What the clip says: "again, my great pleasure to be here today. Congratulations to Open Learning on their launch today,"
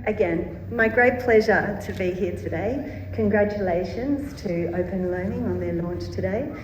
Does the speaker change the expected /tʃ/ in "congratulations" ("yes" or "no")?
no